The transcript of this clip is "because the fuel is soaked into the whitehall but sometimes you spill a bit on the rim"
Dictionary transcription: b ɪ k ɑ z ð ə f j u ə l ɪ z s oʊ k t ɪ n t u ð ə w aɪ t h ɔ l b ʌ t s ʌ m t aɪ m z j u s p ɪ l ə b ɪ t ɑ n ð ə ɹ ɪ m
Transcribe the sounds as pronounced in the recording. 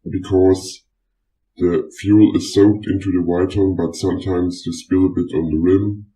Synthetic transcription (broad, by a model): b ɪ k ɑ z ð ə f j u l ɪ z s oʊ k t ɪ n t u ð ə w aɪ t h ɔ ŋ b ʌ t s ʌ m t aɪ m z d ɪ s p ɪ l ə b ɪ t n ð ə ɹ ɪ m